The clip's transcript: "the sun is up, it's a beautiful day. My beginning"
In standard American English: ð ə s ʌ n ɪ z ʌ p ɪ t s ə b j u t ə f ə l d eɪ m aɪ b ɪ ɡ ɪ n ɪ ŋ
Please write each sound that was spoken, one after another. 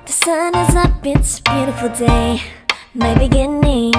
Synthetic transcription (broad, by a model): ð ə s ʌ n ɪ z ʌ b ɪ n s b j u t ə f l d eɪ m aɪ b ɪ ɡ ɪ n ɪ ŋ